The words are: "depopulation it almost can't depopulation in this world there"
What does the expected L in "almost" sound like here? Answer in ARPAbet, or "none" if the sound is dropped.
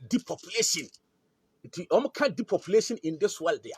none